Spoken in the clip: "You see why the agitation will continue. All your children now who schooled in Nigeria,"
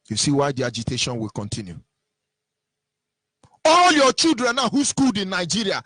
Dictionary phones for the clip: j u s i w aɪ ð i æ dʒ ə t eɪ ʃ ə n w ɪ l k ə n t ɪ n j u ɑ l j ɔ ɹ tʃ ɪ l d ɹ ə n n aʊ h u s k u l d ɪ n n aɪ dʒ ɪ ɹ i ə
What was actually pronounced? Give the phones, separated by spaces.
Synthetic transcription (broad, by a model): j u s i w aɪ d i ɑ dʒ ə t eɪ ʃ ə n w ɪ l k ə n t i n j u ɑ l j ɔ tʃ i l d ɹ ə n n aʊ h u s k u l d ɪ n n aɪ dʒ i ɹ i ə